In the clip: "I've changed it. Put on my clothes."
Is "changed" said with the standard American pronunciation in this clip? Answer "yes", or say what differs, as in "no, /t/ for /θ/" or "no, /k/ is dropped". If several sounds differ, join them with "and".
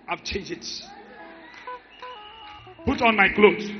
no, /d/ is dropped